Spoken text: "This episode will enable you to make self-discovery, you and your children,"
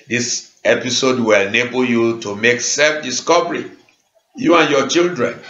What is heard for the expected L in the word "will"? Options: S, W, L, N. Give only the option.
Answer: L